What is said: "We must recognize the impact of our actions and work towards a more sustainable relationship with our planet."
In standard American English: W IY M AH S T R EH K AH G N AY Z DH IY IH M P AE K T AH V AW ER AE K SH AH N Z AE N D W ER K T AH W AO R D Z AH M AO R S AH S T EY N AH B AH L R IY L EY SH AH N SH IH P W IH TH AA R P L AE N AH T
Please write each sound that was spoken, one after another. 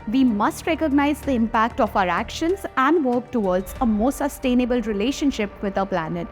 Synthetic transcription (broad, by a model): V IY M AH S T R EH K AH G N AY Z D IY IH M P AE K T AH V AW ER AE K SH AH N Z AE N D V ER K T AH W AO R D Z AH M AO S S AH S T EY N AH B AH L R IY L EY SH AH N SH IH P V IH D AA P L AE N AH T